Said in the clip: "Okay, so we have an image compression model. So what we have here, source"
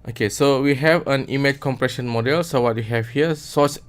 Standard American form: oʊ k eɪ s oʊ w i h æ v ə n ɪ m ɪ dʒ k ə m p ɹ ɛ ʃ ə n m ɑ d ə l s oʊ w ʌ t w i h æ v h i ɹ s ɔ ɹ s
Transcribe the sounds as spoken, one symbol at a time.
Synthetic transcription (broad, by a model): oʊ k eɪ s oʊ w i h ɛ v ə n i m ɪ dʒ k ə m p ɹ ɛ ʃ ə n m ɑ d ə l s oʊ w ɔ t w i h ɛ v h i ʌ s ɔ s